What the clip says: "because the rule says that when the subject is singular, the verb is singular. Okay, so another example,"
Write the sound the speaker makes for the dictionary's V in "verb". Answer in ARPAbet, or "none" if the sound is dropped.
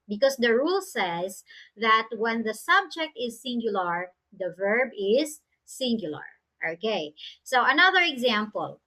V